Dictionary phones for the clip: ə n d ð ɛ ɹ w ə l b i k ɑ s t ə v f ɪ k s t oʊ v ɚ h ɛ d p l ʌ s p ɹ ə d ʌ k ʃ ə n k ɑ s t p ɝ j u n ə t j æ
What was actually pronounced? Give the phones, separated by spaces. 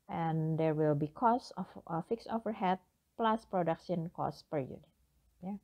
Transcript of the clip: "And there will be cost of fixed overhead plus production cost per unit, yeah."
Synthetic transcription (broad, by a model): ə n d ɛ ɹ w ə l b i k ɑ s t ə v f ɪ k s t oʊ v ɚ h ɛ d p l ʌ s p ɹ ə d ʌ k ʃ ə n k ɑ s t p ɝ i ə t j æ